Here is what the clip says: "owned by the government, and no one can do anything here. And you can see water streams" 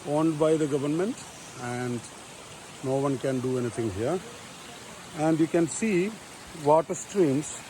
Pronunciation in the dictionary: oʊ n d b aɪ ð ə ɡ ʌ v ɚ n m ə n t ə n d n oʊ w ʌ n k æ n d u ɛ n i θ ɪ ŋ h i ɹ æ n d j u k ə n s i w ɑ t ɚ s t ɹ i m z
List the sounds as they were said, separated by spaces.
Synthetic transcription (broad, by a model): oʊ n d b aɪ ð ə ɡ ʌ v ɚ n m ə n t ə n d n oʊ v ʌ n k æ n d u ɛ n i t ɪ ŋ h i ɹ æ n d j u k ə n s i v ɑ t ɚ s t ɹ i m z